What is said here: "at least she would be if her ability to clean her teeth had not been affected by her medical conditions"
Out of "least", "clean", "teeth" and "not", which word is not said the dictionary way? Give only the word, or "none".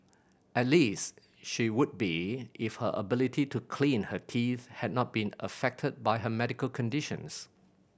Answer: none